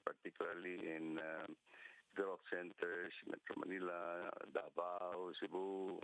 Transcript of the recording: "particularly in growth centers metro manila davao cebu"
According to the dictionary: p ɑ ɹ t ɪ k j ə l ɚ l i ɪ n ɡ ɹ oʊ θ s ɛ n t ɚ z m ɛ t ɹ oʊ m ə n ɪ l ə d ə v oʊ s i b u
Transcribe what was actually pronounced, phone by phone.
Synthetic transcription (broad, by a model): p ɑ ɹ t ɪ k j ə l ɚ l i ɪ n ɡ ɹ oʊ f s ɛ n t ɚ s m ɛ t ɹ oʊ m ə n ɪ l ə d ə b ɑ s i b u